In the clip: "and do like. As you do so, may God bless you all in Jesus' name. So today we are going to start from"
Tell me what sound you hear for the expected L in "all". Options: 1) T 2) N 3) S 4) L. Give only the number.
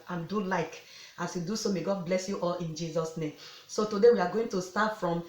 4